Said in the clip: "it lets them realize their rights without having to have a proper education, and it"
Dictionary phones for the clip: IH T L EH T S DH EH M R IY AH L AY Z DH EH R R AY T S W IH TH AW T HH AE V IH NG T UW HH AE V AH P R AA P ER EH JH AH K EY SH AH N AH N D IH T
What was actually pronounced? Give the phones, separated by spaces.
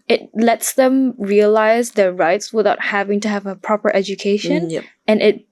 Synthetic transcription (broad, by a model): IH T L EH T S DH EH M R IY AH L AY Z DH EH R R AY T S W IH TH AW T HH AE V IH NG T UW HH AE V AH P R AA P ER EH JH AH K EY SH AH N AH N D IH T